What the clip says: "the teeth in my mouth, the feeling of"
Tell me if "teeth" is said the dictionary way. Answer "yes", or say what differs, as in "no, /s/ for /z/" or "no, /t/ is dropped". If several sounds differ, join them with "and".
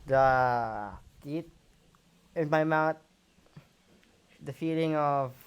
no, /t/ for /θ/